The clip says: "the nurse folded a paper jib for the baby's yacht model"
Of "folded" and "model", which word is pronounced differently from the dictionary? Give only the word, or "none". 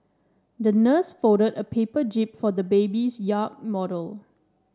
folded